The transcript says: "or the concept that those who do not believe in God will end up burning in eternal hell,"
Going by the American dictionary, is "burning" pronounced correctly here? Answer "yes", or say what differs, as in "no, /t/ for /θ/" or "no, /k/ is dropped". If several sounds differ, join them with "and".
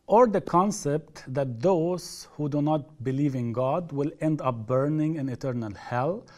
yes